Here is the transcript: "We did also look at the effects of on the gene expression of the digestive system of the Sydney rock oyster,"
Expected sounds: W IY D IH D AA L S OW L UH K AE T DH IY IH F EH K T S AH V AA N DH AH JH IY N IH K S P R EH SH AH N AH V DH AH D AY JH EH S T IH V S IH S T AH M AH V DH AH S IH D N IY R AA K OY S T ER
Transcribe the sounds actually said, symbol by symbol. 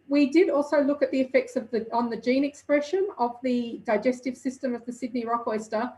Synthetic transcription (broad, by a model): W IY D IH D AA L S OW L UH K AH T DH IY IH F EH K T S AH V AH N DH AH JH IY N IH K S P R EH SH AH N AH V DH AH D AY JH EH S T IH V S IH S T AH M AH V DH AH S IH D N IY R AA K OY S T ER